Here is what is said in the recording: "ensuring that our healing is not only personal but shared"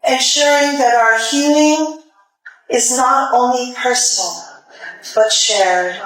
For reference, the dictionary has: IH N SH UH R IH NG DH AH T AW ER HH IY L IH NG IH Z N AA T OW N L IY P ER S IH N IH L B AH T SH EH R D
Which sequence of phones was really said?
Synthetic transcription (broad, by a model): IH N SH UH R IH NG DH AH T AW ER HH IY L IH NG IH Z N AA T OW N L IY P ER S N L B AH T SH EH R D